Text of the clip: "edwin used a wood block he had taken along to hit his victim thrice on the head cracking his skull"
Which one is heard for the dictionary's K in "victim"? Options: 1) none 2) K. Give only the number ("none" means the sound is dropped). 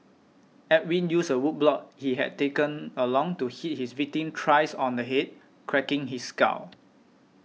1